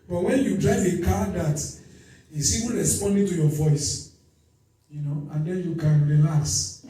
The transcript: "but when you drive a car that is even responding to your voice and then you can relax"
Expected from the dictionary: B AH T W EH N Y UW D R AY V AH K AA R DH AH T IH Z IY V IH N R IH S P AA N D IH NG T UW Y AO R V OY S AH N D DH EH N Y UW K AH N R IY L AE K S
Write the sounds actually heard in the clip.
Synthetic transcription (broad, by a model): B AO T W EH N Y UW D R AY V AH K AA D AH T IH S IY W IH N R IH S P AA N D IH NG T UW Y AO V OY S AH N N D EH N Y UW K AH N R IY L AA K S